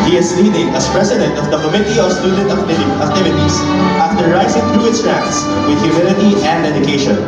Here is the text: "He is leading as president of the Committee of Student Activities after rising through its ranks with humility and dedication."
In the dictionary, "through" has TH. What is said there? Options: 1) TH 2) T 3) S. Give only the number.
2